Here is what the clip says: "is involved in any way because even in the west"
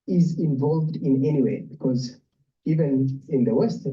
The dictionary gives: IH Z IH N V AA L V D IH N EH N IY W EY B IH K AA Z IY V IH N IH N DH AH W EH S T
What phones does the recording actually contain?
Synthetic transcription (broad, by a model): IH Z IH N V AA L V D IH N EH N IY W EY B IH K AA Z IY V IH N IH N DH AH W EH S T